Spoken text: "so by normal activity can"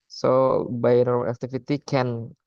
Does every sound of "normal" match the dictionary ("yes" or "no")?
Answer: no